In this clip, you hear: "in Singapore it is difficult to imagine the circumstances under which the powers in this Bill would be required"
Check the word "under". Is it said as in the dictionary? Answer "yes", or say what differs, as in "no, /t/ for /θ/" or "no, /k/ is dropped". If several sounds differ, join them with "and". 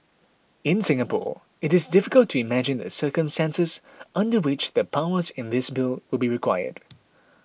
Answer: yes